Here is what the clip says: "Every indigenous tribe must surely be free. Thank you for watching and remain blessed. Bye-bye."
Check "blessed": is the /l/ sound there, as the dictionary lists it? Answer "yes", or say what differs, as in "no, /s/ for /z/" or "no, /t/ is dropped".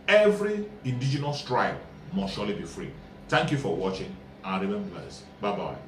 no, /l/ is dropped